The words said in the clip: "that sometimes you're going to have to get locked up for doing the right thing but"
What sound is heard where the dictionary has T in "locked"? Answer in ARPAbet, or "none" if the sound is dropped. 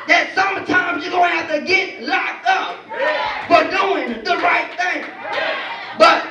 none